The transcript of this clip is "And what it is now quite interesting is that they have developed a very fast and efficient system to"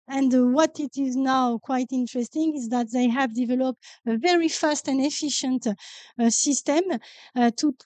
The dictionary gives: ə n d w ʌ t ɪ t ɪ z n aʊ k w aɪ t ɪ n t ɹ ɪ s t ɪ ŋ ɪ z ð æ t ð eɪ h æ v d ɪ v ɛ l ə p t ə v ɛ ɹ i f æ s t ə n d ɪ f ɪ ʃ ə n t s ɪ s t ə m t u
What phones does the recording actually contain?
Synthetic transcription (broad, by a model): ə n d w ʌ t ɪ t ɪ z n aʊ k w aɪ t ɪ n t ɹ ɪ s t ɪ ŋ ɪ z ð æ t ð eɪ h æ v d ɪ v ɛ l ə p t ə v ɛ ɹ i f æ s t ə n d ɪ f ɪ ʃ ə n t s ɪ s t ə m t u